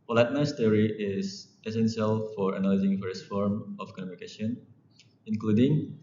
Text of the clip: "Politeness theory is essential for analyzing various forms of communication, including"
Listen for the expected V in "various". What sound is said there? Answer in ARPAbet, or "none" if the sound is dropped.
F